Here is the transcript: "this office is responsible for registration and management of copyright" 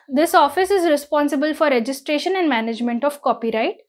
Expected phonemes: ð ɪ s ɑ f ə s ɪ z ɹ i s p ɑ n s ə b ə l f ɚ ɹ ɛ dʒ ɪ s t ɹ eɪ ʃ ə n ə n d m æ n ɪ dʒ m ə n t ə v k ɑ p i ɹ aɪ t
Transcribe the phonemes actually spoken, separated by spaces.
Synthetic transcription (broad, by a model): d ɪ s ɑ f ə s ɪ z ɹ i s p ɑ n s ə b ə l f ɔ ɹ ɛ dʒ ɪ s t ɹ eɪ ʃ ə n ə n d m æ n ɪ dʒ m ə n t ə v k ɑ p i ɹ aɪ t